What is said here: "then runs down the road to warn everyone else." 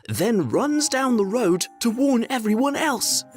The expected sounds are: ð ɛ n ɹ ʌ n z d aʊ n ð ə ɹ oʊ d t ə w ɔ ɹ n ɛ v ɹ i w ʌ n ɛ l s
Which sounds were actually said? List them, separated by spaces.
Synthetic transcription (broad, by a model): ð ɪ n ɹ ʌ n z d aʊ n ð ə ɹ oʊ d t ə w ɔ ɹ n ɛ v ɹ i w ʌ n ɛ l s